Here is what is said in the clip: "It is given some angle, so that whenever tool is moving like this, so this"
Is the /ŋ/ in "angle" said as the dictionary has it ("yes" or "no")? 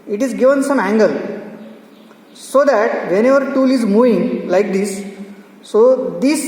yes